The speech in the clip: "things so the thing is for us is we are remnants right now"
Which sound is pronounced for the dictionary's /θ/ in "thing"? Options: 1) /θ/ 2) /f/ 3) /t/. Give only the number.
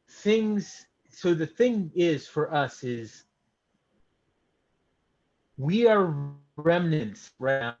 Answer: 1